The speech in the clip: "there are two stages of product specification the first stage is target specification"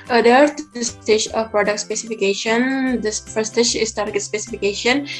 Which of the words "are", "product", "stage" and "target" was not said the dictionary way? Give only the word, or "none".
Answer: stage